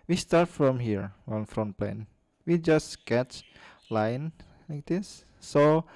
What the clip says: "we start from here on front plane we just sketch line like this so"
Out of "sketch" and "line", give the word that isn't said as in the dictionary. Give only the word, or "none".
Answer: none